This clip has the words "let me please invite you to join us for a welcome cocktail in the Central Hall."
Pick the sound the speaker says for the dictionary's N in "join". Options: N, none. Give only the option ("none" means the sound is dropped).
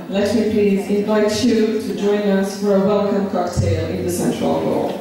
N